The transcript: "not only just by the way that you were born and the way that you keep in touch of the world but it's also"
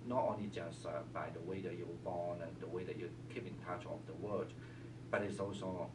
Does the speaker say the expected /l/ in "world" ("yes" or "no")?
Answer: no